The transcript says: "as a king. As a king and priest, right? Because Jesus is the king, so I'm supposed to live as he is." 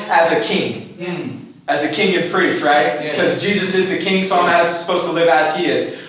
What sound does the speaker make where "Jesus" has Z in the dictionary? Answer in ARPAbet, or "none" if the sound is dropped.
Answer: Z